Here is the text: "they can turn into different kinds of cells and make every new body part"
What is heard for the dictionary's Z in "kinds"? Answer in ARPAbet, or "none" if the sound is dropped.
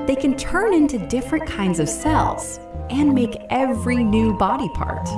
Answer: Z